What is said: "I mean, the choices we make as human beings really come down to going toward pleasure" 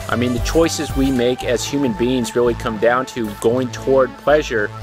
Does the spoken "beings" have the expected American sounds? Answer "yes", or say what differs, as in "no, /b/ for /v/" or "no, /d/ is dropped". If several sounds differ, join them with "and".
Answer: yes